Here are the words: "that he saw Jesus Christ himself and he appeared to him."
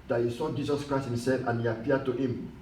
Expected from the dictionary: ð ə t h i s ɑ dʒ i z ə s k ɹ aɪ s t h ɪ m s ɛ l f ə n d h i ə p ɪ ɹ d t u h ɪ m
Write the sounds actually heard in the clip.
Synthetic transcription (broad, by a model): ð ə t h i s ɑ dʒ i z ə s k ɹ aɪ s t h ɪ m s ɛ l f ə n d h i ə p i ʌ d t u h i m